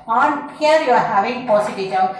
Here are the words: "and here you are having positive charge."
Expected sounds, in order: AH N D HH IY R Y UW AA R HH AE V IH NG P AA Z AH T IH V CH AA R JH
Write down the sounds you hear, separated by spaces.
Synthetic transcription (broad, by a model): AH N HH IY R Y UW AA R HH AE V IH NG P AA S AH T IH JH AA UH